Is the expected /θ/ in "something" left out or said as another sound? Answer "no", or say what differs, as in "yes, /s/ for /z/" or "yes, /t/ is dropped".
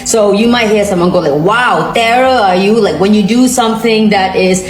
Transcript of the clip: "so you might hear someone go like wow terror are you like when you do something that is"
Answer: no